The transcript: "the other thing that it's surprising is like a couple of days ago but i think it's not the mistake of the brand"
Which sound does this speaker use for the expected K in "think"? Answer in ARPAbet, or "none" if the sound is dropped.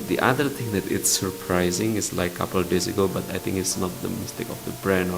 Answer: K